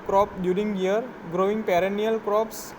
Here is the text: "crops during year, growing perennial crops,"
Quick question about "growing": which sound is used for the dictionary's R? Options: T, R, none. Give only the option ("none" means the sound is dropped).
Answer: R